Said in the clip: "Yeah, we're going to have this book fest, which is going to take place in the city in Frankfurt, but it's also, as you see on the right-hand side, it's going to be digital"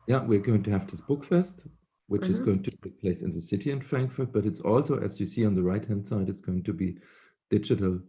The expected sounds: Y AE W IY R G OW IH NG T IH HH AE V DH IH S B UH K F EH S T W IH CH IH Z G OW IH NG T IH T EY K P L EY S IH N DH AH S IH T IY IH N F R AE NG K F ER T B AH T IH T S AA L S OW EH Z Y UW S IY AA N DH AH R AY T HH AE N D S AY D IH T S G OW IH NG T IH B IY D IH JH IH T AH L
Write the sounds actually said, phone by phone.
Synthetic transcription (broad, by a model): Y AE W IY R G OW IH NG T IH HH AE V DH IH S B UH K F EH S T W IH CH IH Z G OW IH NG T IH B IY P L EY S IH N DH AH S IH T IY IH N F R AE NG K F ER T B AH T IH T S AA L S OW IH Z Y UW S IY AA N DH AH R AY T HH AE N D S AY D IH T S G OW IH NG T IH B IY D IH JH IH T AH L